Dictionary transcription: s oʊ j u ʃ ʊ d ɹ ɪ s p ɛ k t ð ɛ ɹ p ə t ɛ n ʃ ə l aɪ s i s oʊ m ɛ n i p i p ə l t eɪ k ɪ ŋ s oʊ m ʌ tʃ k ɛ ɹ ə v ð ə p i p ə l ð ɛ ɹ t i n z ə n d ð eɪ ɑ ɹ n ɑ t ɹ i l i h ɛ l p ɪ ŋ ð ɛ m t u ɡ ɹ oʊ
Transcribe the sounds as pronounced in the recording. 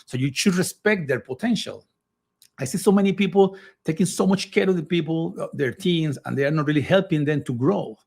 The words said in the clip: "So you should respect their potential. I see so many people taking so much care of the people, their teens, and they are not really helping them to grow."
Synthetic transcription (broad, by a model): s oʊ j u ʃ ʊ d ɹ ɪ s p ɛ k t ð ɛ ɹ p ə t ɛ n ʃ ə l aɪ s i s oʊ m ɛ n i p i p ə l t eɪ k ɪ ŋ s oʊ m ʌ tʃ k ɛ ɹ ə v ð ə p i p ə l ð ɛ ɹ t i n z ə n d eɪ ɑ ɹ n ɑ t ɹ i l i h ɛ l p ɪ ŋ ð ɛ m t u ɡ ɹ oʊ